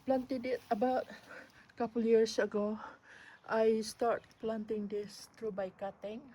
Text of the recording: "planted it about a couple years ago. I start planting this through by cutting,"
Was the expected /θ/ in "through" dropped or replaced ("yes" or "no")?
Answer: yes